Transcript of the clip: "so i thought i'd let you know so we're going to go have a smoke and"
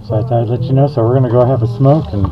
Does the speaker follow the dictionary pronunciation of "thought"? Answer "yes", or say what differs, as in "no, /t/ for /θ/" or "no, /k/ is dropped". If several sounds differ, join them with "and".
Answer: no, /t/ is dropped